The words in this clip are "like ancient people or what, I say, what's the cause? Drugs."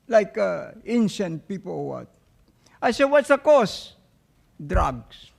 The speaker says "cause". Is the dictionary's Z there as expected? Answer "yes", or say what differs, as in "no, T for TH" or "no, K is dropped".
no, S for Z